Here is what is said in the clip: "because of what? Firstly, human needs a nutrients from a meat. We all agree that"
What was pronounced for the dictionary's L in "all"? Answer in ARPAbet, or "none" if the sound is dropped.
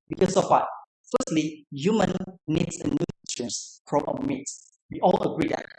L